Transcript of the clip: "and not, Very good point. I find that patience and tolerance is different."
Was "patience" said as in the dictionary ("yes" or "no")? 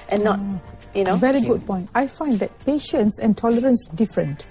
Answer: yes